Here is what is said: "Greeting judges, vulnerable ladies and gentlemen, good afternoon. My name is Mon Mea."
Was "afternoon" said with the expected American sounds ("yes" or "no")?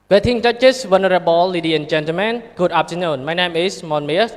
no